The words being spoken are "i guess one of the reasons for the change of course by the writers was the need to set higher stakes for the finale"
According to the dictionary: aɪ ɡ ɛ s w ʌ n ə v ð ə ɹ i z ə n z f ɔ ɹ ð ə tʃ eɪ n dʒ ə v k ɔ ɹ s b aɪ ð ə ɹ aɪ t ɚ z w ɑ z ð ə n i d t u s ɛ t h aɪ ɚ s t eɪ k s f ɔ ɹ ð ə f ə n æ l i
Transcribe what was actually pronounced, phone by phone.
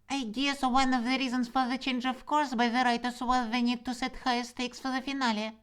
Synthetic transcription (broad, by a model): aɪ ɡ ɛ s w ʌ n ə v ð ə ɹ i z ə n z f ɔ ɹ ð ə tʃ eɪ n dʒ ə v k ɔ ɹ s b aɪ ð ə ɹ aɪ t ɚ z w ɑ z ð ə n i d t u s ɛ t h aɪ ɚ s t eɪ k s f ɔ ɹ ð ə f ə n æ l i